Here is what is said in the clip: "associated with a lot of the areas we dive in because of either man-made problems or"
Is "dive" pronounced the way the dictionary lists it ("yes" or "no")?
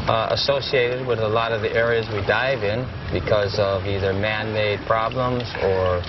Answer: yes